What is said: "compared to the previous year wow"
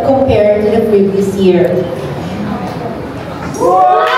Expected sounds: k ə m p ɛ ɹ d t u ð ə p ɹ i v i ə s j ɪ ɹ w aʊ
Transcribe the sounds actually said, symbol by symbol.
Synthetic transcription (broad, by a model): k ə m p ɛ ɹ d t u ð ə p ɹ i v i ə s j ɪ ɹ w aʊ